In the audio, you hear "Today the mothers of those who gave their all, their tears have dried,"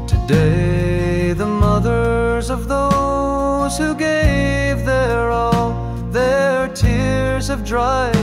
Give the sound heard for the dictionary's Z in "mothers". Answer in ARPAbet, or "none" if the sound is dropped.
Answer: Z